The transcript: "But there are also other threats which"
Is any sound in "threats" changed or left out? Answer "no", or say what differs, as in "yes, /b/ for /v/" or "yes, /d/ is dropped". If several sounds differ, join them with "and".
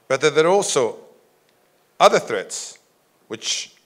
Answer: no